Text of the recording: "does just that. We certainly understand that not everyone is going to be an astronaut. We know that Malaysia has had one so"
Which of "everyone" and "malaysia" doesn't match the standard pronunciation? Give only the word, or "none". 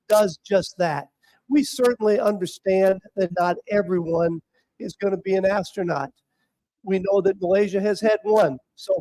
none